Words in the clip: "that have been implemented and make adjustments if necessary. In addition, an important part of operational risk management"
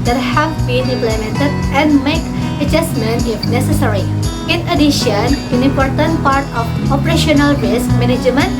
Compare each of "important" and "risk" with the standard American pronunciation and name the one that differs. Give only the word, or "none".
none